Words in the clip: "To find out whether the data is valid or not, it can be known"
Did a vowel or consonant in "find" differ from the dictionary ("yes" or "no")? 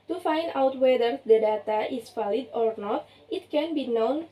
no